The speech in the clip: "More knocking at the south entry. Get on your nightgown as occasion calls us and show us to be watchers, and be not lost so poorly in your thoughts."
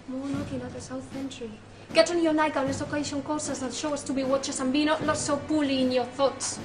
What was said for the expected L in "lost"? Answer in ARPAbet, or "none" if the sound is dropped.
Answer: N